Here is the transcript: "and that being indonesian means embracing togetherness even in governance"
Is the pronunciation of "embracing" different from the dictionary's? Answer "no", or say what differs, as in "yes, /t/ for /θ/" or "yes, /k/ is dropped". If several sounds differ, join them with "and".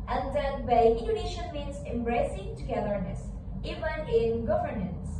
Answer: no